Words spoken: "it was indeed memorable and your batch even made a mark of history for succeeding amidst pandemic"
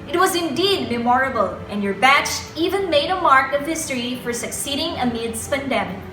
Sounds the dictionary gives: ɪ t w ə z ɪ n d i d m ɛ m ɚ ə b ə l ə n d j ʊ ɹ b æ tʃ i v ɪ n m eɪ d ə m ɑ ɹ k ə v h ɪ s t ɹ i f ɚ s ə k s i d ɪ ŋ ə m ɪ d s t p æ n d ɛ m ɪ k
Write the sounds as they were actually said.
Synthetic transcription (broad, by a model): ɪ t w ə z ɪ n d i d m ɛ m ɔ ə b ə l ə n j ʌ ɹ b æ tʃ i v ɪ n m eɪ d ə m ɑ ɹ k ə v h ɪ s t ɹ i f ɚ s ə k s i d ɪ ŋ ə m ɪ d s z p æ n d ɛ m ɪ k